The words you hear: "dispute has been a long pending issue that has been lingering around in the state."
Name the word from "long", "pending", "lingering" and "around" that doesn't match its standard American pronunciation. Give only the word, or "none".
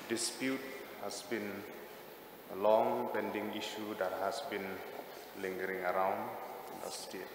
none